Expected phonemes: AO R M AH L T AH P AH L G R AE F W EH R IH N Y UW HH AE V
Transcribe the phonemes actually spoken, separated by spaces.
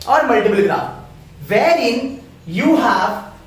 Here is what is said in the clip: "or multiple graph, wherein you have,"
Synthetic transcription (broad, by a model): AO R M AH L T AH B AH L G R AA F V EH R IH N Y UW HH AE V